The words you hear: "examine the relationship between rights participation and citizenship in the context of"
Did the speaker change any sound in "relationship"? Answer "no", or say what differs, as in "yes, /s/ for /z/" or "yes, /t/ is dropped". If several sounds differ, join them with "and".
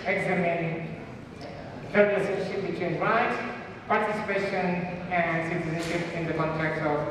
yes, /l/ is dropped and /s/ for /ʃ/